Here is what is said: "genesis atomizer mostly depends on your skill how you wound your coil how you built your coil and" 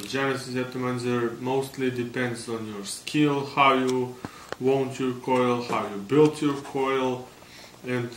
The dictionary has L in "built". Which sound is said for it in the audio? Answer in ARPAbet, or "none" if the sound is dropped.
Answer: L